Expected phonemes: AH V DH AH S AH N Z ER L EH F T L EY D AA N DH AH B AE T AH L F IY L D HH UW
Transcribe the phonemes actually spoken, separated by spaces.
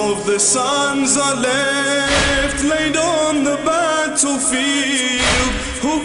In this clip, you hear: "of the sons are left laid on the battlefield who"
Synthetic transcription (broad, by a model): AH V DH AH S AH N Z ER L EH F T L EY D N DH AH B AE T L F IY L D HH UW